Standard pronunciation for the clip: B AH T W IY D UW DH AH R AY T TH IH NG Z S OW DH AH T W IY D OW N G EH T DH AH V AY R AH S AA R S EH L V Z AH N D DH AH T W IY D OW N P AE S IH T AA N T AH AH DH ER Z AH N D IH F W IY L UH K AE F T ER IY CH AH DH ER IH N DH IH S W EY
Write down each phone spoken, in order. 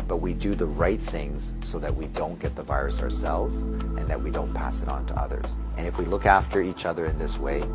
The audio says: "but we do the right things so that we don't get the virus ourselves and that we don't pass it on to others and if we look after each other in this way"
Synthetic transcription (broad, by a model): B AH T W IY D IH DH AH R AY T TH IH NG Z S OW DH AH T W IY D OW N G EH T DH AH V AY R AH S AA R S EH L V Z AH N DH AH T W IY D OW N P AE S IH T N T AH AH DH ER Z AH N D IH F W IY L UH K AE F T ER IY CH AH DH ER IH N DH IH S W EY